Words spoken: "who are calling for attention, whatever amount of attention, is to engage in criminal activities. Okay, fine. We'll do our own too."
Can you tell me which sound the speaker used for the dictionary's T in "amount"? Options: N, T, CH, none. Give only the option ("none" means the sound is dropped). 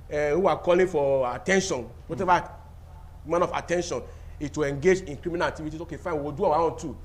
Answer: none